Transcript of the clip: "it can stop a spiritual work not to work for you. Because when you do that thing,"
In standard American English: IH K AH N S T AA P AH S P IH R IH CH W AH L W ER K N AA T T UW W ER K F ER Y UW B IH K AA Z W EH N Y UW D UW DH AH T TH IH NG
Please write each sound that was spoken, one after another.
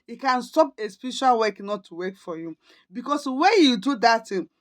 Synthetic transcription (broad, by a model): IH K AH N S T AA P AH S P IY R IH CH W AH L W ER K N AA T T UW W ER K F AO Y UW B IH K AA S W EH N Y UW D UW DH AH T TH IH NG